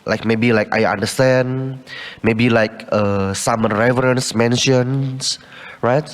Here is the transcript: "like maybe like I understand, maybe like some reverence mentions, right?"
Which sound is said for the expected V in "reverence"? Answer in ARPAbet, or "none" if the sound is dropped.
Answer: V